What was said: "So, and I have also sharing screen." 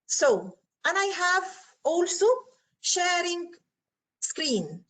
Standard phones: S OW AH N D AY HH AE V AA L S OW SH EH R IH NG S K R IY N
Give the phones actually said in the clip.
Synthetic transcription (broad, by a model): S OW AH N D AY HH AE V AA L S OW SH EH R IH NG S K R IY N